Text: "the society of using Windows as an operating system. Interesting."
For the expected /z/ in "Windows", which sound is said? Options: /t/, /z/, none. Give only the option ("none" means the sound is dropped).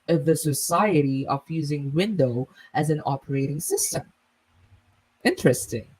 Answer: none